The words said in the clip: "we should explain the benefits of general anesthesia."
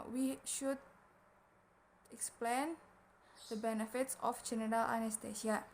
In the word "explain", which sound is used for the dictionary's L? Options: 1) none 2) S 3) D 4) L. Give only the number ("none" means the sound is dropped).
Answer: 4